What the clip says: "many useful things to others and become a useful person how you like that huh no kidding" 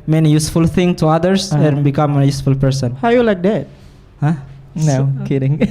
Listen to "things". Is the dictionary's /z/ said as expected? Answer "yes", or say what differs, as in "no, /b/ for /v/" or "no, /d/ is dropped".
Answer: no, /z/ is dropped